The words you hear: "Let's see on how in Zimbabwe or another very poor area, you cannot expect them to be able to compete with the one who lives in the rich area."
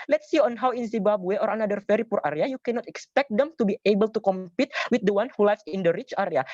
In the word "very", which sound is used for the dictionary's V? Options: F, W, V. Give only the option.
F